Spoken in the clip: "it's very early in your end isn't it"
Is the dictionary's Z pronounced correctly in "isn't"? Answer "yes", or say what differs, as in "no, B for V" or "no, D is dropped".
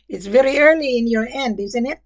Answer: yes